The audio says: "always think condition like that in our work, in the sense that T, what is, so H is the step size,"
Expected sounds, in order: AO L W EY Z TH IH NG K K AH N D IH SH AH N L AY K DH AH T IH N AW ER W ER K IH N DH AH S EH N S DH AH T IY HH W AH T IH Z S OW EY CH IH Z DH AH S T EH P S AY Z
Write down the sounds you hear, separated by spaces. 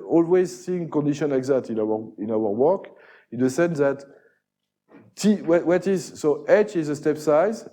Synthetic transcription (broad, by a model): AO L W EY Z S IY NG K K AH N D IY SH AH N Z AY K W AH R IH N AW ER W ER K IH N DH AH S EH N S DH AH T IY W W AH T IH Z S OW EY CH IH Z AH S T EH P S AY Z